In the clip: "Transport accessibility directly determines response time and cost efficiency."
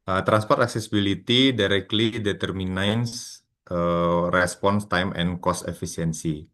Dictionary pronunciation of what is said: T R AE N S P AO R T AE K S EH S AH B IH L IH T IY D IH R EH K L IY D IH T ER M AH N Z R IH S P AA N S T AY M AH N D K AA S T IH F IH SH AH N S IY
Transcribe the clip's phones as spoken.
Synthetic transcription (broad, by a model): T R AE N S P AO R T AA K S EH S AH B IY L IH T IY D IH R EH K L IY D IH T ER M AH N S R IH S P AA N S T AY M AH N K AA S T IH F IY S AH N S IY